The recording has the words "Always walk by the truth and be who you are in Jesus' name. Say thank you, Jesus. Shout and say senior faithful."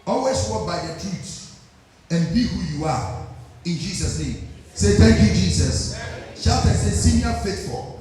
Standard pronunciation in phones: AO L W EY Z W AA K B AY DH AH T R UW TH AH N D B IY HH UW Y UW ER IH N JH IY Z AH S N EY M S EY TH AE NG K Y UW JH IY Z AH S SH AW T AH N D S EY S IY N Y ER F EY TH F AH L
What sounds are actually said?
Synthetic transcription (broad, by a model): AO L W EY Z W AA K B AY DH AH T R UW T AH N B IY HH UW Y UW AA IH N JH IY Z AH S N EY M S EY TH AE NG K Y UW JH IY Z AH S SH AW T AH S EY S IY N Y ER F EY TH F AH L